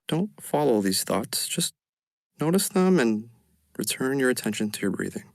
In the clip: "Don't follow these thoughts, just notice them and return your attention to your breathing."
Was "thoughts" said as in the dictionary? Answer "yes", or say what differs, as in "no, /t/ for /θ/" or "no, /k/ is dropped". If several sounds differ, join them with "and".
yes